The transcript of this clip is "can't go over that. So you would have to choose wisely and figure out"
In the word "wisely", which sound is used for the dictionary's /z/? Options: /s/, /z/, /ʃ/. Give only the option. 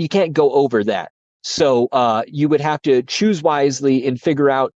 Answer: /z/